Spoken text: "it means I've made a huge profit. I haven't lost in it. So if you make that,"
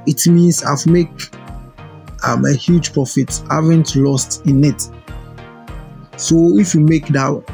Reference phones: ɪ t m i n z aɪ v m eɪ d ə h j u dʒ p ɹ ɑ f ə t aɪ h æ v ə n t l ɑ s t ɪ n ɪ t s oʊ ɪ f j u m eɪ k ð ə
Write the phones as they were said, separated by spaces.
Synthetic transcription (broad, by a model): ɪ t m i n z aɪ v m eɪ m ə h j u dʒ p ɹ ɑ f ə t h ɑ v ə n t l ɑ s t ɪ n ɪ t s oʊ ɪ f j u m eɪ k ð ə